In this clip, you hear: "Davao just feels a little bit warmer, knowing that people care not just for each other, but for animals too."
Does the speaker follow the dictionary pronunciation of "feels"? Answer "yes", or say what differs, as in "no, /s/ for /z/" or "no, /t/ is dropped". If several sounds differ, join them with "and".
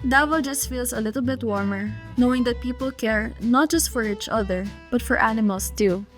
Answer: no, /s/ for /z/